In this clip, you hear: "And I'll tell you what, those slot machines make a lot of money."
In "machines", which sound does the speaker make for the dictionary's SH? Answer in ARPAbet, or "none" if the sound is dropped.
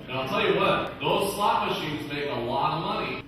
SH